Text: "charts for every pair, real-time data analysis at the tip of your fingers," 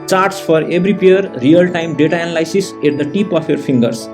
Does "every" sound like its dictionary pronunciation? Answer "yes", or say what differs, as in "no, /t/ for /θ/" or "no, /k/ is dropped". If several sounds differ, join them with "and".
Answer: no, /b/ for /v/